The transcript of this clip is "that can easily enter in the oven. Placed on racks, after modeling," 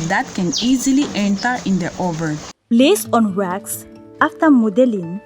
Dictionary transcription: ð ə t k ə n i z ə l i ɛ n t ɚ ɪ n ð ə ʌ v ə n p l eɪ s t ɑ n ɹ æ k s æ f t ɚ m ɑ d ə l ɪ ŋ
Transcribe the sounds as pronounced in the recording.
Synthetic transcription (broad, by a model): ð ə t k ə n i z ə l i ɛ n t ɚ ɪ n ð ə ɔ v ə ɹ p l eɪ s ɑ n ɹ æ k s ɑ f t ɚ m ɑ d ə l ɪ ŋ